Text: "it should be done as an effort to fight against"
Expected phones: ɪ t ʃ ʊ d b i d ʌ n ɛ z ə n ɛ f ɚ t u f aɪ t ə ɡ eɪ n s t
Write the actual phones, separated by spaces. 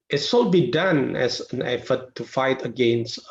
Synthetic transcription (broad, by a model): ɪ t s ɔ b i d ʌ n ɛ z ə n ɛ f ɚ t u f aɪ t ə ɡ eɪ n s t